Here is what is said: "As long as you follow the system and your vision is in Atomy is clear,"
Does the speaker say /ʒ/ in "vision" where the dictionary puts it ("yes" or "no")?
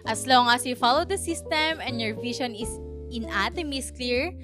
no